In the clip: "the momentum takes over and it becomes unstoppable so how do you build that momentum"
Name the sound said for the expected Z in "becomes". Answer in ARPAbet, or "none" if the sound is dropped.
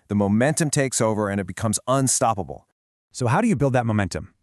Z